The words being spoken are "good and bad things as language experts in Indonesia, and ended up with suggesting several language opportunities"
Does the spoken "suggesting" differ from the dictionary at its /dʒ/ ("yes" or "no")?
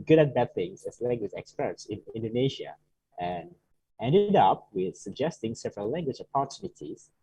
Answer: no